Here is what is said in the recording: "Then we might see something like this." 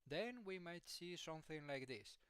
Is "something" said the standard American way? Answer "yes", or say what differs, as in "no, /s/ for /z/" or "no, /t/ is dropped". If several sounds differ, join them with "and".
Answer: yes